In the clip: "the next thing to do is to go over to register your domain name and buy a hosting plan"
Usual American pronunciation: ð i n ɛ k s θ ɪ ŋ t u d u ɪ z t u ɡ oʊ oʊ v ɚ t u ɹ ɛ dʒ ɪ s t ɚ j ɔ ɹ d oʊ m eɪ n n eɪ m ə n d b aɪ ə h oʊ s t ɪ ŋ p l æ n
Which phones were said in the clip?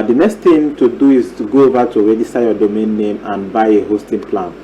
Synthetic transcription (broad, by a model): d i n ɛ k s t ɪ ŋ t u d u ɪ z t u ɡ oʊ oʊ v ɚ t u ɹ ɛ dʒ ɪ s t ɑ j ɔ d oʊ m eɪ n n eɪ m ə n b aɪ ə h oʊ s t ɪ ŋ p l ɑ n